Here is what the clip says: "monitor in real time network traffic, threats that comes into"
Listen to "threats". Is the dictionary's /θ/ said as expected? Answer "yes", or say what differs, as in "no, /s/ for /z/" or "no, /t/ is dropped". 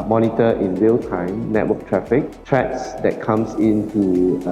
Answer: no, /t/ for /θ/